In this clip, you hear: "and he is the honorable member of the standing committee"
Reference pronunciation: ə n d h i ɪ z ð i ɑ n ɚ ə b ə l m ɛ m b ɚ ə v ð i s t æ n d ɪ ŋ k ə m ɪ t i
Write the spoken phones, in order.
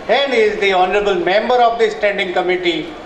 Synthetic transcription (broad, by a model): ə n d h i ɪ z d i ɑ n ɚ ə b ə l m ɛ m b ɚ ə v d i s t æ n d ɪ ŋ k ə m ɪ t i